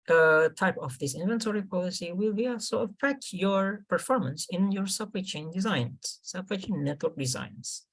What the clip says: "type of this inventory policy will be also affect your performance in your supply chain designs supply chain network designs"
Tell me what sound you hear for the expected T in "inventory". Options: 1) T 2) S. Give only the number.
1